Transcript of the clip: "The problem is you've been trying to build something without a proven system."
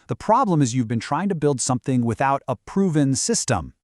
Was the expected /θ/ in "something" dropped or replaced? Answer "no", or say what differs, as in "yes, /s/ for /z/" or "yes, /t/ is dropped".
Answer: no